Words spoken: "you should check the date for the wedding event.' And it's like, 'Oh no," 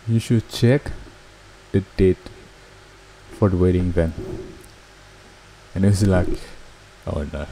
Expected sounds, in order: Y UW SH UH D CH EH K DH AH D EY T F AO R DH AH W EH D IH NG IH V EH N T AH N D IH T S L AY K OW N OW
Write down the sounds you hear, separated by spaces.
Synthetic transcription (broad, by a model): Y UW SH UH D CH EH K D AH D EY T F AO R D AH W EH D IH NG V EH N AH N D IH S L AY K OW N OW